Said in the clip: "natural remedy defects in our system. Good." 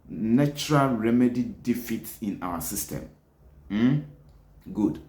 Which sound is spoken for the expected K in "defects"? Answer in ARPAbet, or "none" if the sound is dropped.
none